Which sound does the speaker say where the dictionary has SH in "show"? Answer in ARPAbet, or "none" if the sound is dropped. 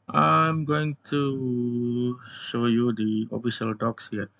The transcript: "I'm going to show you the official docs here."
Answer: SH